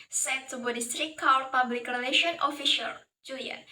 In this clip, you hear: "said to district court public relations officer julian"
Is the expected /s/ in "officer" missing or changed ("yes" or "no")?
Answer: yes